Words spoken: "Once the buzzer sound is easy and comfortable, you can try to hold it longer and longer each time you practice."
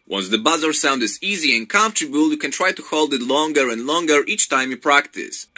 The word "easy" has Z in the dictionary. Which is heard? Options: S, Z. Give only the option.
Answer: Z